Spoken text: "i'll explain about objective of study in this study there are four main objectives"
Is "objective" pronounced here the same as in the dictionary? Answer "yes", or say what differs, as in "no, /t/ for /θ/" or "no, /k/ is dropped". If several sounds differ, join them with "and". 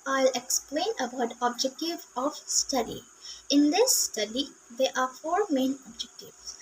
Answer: yes